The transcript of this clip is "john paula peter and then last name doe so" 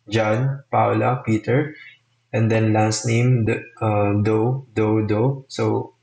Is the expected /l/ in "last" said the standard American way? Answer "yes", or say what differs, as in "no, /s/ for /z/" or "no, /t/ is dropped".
yes